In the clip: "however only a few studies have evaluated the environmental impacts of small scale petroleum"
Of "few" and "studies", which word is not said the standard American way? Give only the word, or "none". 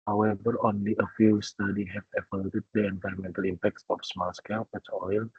studies